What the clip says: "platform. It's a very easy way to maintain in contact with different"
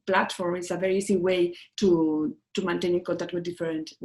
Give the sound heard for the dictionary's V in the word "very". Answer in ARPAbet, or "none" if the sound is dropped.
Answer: V